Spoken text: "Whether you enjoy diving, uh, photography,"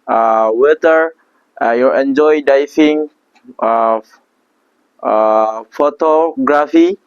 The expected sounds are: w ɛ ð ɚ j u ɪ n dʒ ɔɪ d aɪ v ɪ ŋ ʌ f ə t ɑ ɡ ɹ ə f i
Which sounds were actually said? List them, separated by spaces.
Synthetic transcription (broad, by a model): w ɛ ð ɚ j u ɪ n dʒ ɔɪ d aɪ f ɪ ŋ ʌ f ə t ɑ ɡ ɹ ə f i